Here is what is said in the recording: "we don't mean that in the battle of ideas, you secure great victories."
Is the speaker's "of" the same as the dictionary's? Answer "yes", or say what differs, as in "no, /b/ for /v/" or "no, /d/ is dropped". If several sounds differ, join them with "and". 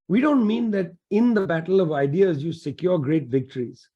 yes